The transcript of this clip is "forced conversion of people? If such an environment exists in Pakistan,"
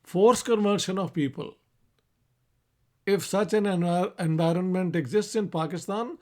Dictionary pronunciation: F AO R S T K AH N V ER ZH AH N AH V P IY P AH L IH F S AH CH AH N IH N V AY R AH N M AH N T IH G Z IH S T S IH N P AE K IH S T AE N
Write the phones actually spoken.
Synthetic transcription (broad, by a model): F AO R S K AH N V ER SH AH N AH V P IY P AH L IH F S AH CH AH N IH N V AY R AH N M AH N T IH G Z IH S T S IH N P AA K IH S T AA N